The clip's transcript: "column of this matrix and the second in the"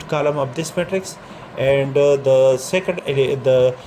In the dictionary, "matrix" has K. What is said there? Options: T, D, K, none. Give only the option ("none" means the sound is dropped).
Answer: K